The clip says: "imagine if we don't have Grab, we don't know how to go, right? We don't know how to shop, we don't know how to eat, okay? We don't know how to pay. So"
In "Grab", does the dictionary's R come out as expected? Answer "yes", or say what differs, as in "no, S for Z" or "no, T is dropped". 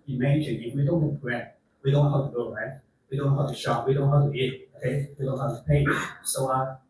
no, R is dropped